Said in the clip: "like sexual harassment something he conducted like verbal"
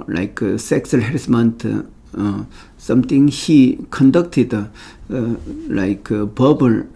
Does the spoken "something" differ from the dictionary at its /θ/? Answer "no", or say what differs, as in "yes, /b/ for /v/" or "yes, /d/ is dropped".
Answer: yes, /t/ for /θ/